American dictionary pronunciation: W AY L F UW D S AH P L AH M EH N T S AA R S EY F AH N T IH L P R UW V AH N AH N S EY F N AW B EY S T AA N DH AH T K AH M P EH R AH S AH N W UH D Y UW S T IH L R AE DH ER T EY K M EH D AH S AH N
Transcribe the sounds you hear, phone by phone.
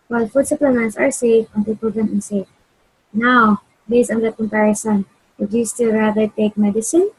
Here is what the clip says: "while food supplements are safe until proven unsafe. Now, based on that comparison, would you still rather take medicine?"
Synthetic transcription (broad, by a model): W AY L F UW D S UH P L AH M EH N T S AA R S EY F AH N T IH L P UW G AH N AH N S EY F N AW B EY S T AA N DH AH T K AH M P EH R AH S AH N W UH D Y UW S T IH L R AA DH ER T EY K M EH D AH S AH N